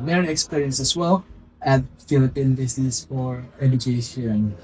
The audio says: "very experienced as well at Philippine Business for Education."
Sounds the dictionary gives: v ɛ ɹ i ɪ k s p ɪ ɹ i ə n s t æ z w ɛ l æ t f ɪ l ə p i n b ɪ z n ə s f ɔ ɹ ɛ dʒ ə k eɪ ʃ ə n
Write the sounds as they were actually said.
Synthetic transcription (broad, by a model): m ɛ ɹ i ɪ k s p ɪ ɹ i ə n s æ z w ɛ l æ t f ɪ l ə p i n b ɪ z n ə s f ɔ ɹ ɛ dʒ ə k eɪ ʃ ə n